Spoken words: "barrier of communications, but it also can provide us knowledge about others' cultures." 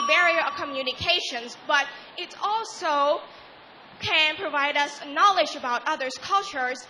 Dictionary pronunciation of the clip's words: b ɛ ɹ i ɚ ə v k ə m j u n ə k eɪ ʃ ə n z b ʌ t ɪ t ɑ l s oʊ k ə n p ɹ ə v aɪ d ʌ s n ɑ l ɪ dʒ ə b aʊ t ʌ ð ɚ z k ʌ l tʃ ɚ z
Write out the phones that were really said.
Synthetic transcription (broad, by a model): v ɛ ɹ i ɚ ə k ə m j u n ə k eɪ ʃ ə n z b ʌ t ɪ t ɑ l s oʊ k ə n p ɹ ə v aɪ d ʌ s n ɑ l ɪ dʒ ə b aʊ t ʌ ð ɚ z k ʌ l tʃ ɚ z